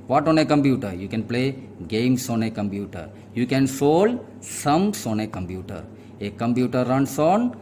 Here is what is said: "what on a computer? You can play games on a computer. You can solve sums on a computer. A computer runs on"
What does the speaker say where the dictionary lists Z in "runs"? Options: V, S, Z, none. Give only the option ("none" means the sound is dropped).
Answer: S